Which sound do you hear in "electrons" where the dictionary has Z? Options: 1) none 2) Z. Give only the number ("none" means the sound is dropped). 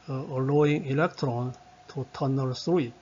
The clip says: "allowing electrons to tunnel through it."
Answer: 1